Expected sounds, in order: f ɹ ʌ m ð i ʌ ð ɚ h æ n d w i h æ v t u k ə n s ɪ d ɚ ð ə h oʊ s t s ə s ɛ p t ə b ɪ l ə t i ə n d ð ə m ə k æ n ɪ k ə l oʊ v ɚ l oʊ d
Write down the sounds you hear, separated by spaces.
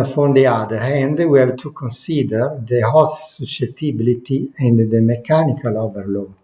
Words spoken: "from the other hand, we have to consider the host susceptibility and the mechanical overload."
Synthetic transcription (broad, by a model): f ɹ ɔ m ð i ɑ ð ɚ h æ n d w i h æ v t u k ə n s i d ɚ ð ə h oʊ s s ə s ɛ t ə b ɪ l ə t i ə n d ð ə m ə k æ n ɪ k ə l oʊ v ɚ l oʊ